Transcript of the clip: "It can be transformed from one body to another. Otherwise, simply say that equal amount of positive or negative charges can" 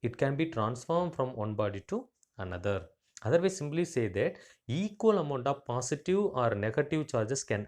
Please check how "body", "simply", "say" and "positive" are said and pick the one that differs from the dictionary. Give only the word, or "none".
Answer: positive